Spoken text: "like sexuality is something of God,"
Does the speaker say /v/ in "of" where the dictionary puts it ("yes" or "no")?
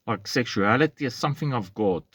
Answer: yes